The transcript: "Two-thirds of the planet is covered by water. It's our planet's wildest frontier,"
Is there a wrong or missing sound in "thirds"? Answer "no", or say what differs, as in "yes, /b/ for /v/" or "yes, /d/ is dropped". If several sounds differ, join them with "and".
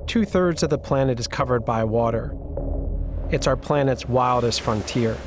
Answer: no